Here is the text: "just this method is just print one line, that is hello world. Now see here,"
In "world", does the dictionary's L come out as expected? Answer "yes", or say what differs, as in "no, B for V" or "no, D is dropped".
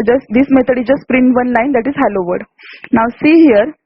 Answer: no, L is dropped